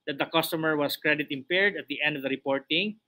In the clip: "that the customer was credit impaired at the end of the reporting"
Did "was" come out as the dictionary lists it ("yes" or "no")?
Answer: no